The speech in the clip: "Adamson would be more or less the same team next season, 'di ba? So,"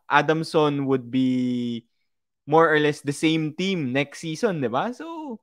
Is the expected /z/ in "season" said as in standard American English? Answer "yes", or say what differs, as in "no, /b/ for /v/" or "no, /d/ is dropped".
no, /s/ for /z/